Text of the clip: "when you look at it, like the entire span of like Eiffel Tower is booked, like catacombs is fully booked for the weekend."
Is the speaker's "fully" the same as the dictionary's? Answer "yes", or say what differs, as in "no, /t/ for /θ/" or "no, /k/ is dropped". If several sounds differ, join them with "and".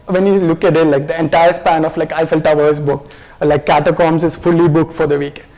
yes